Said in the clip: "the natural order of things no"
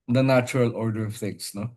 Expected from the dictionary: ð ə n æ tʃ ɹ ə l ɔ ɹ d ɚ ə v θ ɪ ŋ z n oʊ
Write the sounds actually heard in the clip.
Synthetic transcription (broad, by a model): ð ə n æ tʃ ɹ ə l ɔ ɹ d ɚ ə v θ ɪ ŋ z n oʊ